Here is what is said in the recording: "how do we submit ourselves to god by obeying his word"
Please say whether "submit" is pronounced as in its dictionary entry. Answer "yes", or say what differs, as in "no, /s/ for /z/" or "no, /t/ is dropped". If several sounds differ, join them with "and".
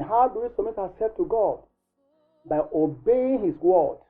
no, /b/ is dropped